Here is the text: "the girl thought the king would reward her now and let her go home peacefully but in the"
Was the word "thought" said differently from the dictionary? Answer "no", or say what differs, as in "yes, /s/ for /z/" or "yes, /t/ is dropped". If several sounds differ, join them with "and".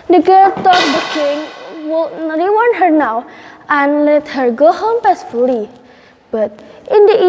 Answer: yes, /t/ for /θ/